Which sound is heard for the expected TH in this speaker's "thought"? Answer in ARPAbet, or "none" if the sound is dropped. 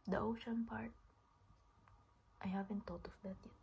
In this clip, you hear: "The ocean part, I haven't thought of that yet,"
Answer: T